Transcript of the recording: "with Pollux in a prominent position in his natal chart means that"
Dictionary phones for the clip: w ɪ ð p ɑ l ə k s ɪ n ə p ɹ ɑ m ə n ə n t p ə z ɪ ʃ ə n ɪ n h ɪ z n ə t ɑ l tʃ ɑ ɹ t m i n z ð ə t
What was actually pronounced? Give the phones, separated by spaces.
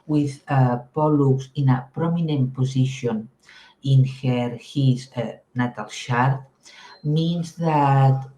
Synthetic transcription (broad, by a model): w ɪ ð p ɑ l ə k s ɪ n ə p ɹ ɑ m ə n ə n t p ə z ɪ ʃ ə n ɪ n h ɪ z n ə t ɑ l ʃ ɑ ɹ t m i n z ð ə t